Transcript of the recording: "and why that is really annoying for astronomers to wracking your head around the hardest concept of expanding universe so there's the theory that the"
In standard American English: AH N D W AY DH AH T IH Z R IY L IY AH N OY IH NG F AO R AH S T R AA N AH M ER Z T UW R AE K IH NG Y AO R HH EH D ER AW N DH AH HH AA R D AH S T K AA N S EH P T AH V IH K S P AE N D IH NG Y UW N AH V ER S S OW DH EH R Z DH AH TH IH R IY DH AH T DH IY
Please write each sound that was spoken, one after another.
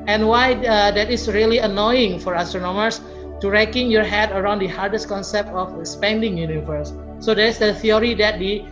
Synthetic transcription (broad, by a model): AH N W AY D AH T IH S R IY L IY AH N OY IH NG F AO R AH S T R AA N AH M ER S T UW R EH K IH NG Y AO R HH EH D ER AW N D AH HH AA R D AH S T K AA N S EH P T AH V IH S P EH N D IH NG Y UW N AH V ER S S OW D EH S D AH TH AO R IY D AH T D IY